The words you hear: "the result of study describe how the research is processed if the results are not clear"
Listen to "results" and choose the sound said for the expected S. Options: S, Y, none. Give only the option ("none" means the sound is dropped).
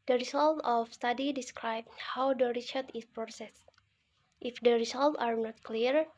none